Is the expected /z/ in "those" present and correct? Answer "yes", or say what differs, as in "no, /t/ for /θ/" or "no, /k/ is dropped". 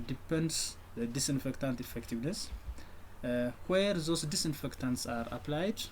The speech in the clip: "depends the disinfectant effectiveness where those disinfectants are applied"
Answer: no, /s/ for /z/